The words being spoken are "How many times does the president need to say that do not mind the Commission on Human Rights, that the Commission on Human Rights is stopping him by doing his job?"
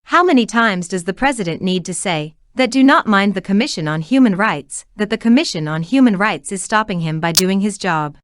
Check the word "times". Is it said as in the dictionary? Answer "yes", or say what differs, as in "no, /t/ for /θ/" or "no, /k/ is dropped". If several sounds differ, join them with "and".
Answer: yes